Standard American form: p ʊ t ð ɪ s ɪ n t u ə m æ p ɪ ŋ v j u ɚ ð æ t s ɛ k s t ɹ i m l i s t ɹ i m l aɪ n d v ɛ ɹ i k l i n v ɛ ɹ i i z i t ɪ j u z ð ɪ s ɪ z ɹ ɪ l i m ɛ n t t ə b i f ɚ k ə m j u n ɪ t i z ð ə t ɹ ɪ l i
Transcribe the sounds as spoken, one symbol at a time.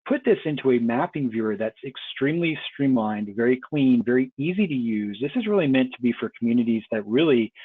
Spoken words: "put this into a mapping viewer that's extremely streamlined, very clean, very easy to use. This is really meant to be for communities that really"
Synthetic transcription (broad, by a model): p ʊ t ð ɪ s ɪ n t u ə m æ p ɪ ŋ v j u ɚ ð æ t s ɛ k s t ɹ i m l i s t ɹ i m l aɪ n d v ɛ ɹ i k l i n v ɛ ɹ i i z i t ɪ j u z ð ɪ s ɪ z ɹ ɪ l i m ɛ n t t ə b i f ɚ k m j u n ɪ t i z ð ə t ɹ ɪ l i